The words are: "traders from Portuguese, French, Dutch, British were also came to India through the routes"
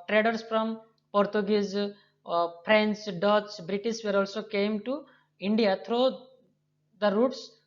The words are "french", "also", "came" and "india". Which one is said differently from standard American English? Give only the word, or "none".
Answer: french